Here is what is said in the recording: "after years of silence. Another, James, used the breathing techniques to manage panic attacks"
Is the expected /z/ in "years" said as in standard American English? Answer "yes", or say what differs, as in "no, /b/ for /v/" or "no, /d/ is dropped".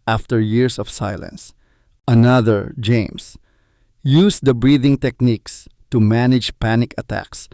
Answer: no, /s/ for /z/